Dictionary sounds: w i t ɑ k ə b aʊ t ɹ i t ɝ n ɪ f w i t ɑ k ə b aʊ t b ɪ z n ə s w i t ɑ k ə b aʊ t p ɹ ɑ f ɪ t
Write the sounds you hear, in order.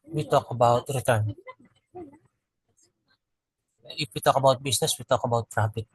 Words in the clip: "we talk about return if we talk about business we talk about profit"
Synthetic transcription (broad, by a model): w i t ɑ k ə b aʊ t ɹ i t ɝ n ɪ f w i t ɑ k ə b aʊ t b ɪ s n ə s w i t ɑ k ə b aʊ t ɹ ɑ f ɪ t